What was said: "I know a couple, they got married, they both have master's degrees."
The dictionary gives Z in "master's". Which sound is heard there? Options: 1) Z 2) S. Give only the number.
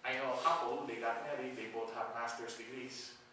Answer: 2